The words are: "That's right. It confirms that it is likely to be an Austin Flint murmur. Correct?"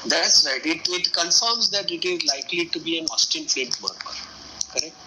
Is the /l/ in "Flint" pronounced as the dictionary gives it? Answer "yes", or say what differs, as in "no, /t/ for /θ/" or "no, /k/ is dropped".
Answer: no, /l/ is dropped